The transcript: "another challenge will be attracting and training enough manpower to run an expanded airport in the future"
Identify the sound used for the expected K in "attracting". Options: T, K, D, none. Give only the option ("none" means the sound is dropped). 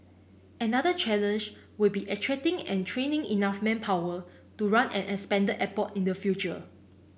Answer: none